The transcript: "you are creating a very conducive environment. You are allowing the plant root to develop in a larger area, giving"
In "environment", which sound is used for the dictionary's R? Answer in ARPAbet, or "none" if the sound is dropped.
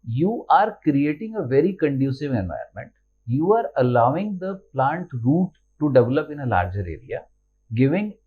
none